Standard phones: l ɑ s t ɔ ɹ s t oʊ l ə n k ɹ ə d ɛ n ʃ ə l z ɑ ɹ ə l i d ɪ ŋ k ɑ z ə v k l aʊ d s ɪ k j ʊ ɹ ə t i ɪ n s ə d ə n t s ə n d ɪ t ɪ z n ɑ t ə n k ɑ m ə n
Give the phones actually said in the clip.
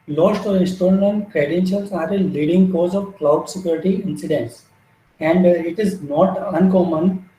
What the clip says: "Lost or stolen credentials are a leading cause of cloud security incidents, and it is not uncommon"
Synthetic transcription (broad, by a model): l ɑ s t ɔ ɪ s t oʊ ə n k ɹ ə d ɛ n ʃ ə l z ɑ ɹ ə l i d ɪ ŋ k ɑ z ə v k l aʊ d s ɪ k j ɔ ɹ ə t i ɪ n s ə d ə n t s ə n d ɪ t ɪ z n ɑ t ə n k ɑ m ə n